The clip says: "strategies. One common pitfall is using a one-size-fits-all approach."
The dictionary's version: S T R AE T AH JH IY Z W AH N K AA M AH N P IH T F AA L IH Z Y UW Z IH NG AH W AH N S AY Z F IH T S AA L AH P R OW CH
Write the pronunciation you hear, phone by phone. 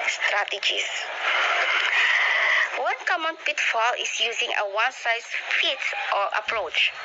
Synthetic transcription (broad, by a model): S T R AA T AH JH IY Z W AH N K AA M AH N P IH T F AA L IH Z Y UW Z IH NG AH W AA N S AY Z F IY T AA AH P R OW CH